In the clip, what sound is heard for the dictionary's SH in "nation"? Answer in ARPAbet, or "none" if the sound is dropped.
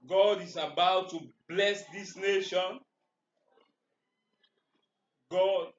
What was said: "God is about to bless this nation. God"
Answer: SH